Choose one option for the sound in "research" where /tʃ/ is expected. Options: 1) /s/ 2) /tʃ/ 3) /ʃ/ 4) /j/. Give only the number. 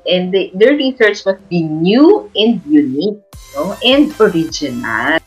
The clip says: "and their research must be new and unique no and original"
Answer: 2